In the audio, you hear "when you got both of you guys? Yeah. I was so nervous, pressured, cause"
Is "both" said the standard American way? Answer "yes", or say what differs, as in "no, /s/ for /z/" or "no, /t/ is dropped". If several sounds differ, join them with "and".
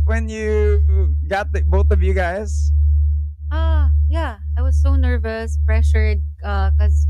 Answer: yes